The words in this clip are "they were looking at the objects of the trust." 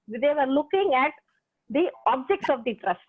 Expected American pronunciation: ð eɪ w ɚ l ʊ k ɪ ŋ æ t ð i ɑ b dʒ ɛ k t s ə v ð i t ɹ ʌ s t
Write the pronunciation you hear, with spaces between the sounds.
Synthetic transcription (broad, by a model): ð eɪ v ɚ l ʊ k ɪ ŋ æ t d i ɑ b dʒ ɛ k t s ə v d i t ɹ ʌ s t